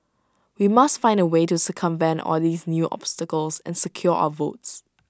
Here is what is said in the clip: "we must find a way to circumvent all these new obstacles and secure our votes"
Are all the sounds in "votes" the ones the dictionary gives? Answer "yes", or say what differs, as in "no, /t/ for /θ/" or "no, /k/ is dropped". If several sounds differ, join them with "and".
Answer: yes